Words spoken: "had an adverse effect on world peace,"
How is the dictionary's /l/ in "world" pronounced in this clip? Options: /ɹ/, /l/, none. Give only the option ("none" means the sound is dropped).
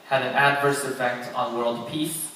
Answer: /l/